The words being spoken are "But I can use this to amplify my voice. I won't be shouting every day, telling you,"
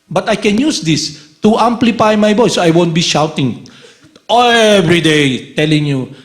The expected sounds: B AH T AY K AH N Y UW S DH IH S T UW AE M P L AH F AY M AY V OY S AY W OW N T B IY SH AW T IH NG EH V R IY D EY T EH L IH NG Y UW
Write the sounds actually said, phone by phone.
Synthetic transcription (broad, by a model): B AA T AY K AH N Y UW S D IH S T UW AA M P L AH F AY M AY B OY S AY W OW N T B IY SH AW T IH NG EH V R IY D EY T EH L IH NG Y UW